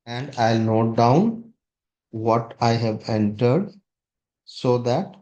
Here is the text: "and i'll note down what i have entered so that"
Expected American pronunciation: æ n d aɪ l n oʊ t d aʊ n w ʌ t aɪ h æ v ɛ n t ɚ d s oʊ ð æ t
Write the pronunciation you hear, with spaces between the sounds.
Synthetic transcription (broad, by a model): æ n d aɪ l n oʊ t d aʊ n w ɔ t aɪ h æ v ɛ n t ɚ d s oʊ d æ t